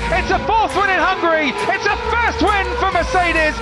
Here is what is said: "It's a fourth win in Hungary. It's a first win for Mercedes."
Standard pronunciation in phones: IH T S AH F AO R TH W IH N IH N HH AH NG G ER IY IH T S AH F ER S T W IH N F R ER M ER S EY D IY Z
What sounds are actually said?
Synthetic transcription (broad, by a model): IH T S AH F AO R TH W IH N IH N HH AH NG G ER IY IH T S AH F ER S T W IH N F R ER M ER S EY D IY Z